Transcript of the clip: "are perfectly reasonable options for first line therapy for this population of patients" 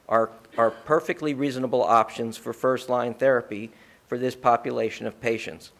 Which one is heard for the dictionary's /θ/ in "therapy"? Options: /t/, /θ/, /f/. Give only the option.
/θ/